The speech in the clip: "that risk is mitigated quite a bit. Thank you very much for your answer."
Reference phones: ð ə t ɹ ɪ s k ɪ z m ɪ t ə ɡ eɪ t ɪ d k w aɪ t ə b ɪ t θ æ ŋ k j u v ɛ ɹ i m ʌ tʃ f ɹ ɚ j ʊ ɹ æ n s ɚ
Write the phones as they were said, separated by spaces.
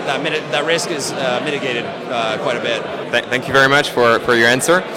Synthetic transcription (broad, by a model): ð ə t ɹ ɪ s k ɪ z m ɪ t ə ɡ eɪ t ɪ d k w aɪ t ə b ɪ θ θ æ ŋ k j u v ɛ ɹ i m ʌ tʃ f ɹ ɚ j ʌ ɹ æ n s ɚ